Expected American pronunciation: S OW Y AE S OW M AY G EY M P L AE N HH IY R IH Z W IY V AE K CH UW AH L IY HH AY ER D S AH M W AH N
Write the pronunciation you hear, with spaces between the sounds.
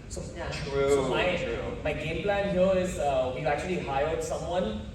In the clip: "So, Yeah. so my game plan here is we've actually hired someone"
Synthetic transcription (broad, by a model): S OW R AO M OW M AY G EY M P L AE N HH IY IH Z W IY AE K CH UW AH L IY HH AY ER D S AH M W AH N